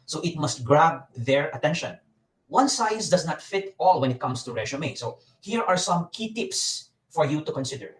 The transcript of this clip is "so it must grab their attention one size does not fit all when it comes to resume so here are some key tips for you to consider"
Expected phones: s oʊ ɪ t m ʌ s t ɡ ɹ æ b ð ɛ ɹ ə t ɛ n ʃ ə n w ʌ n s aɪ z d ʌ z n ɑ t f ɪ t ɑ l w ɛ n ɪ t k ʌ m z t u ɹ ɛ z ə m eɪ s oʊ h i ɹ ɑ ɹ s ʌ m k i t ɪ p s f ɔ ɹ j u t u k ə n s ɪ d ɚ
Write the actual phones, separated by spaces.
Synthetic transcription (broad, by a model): s oʊ ɪ t m ʌ s t ɡ ɹ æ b ð ɛ ɹ ə t ɛ n ʃ ə n w ʌ n s aɪ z d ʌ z n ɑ t f ɪ t ɑ l w ɛ n ɪ t k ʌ m s t u ɹ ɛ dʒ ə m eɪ s oʊ h i ɹ ɑ ɹ s ʌ m k i t ɪ p s f ɔ ɹ j u t u k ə n s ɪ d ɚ